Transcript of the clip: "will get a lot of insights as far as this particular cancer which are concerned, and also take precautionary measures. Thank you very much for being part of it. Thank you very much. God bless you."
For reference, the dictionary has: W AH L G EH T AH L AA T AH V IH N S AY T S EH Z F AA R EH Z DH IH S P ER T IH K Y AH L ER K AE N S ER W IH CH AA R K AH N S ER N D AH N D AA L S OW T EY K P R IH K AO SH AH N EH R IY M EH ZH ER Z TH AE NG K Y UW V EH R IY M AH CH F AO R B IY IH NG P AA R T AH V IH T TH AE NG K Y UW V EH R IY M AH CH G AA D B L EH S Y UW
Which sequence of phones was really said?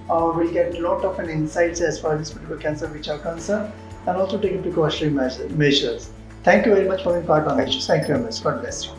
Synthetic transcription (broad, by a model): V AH L G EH T AH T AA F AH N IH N S AY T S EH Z F AA R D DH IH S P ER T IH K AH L K AE N S ER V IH CH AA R K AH N S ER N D AH N D AA L S OW T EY K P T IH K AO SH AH EH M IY M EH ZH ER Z T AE NG K Y UW V EH R IY M AH CH F AO R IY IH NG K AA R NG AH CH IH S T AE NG K Y UW V EH R IY M AH CH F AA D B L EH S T